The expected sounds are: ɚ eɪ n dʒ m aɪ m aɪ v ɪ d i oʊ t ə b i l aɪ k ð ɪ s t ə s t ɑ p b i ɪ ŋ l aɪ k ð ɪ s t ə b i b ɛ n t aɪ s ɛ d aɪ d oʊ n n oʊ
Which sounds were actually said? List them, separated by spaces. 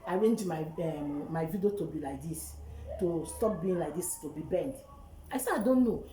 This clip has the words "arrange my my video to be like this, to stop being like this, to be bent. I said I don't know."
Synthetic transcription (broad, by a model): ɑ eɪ n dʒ m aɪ m aɪ v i d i oʊ t ə b i l aɪ k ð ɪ s t ə s t ɑ p b i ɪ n l aɪ k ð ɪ s t ə b i b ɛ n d aɪ s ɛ aɪ d oʊ n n oʊ